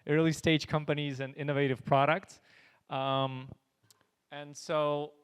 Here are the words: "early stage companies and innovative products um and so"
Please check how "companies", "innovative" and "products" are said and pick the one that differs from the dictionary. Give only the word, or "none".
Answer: none